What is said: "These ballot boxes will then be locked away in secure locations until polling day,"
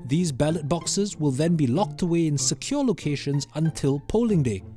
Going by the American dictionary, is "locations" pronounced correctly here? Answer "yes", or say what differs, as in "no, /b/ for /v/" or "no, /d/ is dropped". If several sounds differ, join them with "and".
yes